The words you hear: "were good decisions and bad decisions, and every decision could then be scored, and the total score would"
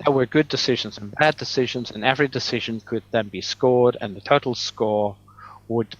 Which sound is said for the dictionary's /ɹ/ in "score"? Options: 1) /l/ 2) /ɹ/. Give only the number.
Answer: 2